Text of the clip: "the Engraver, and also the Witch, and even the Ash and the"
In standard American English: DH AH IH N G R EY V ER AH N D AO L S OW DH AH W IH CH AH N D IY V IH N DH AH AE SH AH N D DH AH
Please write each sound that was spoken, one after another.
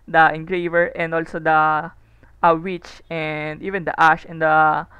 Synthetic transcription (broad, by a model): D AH IH N G R EY V ER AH N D AO L S OW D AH W IH CH AH N D IY V IH N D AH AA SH AH N D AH